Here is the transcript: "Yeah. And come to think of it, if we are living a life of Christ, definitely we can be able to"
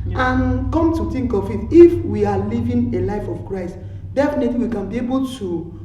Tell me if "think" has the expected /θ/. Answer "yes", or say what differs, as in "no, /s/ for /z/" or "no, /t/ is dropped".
no, /t/ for /θ/